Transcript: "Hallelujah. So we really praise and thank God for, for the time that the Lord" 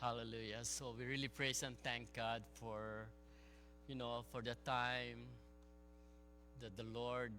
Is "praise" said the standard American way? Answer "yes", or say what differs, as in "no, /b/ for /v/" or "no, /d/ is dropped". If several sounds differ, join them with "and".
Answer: no, /s/ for /z/